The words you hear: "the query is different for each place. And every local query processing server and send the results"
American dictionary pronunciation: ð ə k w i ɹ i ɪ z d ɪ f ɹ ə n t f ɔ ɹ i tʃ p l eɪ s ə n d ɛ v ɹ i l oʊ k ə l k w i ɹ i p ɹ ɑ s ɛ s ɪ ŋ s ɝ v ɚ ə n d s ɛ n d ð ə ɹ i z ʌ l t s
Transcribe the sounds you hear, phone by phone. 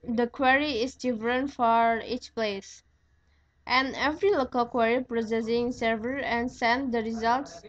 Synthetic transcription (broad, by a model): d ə k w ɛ ɹ i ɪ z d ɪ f ɹ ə n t f ɔ ɹ i tʃ p l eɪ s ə n ɛ v ɹ i l oʊ k ə l k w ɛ ɹ i p ɹ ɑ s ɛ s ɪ ŋ s ɝ v ɚ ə n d s ɛ n d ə ɹ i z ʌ l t s